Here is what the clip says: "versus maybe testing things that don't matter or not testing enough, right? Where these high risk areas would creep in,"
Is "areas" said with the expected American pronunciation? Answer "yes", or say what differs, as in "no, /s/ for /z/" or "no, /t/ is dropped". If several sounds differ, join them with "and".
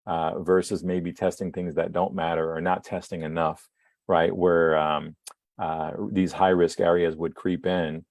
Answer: yes